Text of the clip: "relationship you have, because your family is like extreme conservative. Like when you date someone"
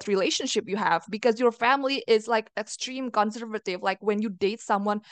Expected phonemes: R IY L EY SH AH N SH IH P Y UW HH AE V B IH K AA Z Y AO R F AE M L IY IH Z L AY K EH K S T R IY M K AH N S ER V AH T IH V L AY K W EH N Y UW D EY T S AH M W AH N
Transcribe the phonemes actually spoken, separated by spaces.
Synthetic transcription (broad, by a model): R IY L EY SH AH N SH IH P Y UW HH AE V B IH K AA Z Y AO R F AE M L IY IH Z L AY K EH K S T R IY M K AH N S ER V AH T IH V L AY K W EH N Y UW D EY T S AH M W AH N